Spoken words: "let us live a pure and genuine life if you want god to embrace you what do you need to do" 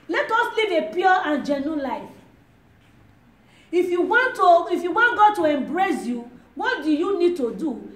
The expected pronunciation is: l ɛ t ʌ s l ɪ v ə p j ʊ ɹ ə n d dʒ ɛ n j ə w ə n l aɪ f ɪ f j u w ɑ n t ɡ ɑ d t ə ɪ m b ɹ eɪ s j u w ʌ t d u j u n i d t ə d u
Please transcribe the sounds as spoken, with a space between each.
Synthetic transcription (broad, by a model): l ɛ t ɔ s l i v ə p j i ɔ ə n dʒ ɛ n j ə w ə n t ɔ ɪ f j u w ɑ n t ɡ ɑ t ə ɪ m b ɹ eɪ s j u w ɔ t d u j u n i d t ə d u